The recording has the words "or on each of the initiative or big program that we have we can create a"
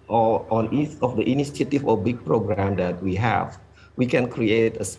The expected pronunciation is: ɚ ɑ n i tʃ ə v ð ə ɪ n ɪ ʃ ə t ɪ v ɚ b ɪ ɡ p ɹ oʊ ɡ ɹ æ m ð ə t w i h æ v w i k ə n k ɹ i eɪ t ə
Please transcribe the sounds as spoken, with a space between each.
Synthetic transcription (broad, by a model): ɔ ɑ n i s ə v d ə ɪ n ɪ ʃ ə t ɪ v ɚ b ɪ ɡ p ɹ oʊ ɡ ɹ æ m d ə t w i h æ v w i k ə n k ɹ i eɪ t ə